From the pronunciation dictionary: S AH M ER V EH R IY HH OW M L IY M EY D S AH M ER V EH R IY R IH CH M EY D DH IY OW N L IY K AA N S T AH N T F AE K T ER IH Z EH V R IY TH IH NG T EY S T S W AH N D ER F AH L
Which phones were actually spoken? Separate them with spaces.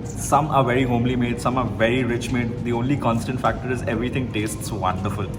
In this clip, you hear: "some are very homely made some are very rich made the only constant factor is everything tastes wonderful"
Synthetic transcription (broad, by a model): S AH M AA V EH R IY HH OW M L IY M EY D S AH M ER V EH R IY R IH CH M EY D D IY OW N L IY K AA N S T AH N T F AE K T ER IH Z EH V R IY T IH NG T EY S T S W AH N D ER F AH L